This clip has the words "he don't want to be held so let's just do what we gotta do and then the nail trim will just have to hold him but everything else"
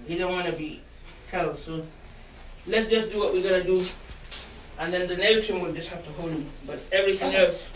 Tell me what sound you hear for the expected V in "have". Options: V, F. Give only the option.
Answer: F